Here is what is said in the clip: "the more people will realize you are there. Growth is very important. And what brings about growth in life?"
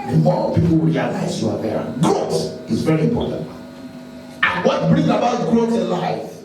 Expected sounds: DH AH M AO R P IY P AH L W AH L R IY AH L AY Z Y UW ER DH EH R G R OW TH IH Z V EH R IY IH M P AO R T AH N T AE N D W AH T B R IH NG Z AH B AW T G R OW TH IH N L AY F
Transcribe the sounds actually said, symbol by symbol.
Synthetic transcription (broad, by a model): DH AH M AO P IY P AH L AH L R IY AH L AY Z Y UW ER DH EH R G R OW S IH Z V EH R IY IH M P AO R T AH N T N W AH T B R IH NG AH B AW T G R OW IH N L AY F